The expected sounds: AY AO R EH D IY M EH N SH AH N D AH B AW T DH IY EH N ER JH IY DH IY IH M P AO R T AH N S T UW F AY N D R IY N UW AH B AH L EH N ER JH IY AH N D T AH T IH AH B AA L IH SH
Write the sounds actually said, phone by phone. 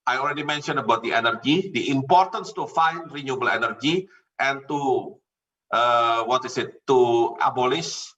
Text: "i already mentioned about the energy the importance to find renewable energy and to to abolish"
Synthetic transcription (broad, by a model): AY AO L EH D IY M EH N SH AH N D AH B AW T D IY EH N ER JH IY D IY IH M P AO R T AH N S T UW F AY N D R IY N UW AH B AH L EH N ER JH IY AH N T T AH T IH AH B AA L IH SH